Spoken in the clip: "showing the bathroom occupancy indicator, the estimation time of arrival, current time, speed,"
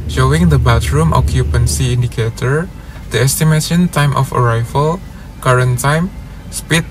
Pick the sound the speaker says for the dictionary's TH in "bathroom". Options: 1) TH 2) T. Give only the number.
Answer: 2